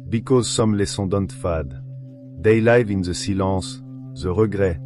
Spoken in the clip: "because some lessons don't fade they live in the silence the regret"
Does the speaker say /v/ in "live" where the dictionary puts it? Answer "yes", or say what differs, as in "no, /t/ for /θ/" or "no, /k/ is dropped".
yes